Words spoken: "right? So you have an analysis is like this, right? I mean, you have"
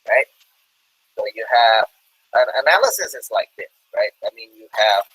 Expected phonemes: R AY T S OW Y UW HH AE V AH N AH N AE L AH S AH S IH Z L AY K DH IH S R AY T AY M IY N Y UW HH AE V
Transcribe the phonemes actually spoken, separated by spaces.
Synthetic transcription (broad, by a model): R AY T S OW Y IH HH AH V AH N AH N AE L AH S AH S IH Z L AY K DH IH S R AY T AY M IY N Y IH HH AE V